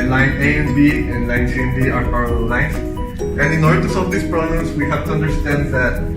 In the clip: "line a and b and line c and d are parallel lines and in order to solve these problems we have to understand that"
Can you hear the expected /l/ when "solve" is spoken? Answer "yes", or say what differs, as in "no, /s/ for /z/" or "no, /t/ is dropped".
no, /l/ is dropped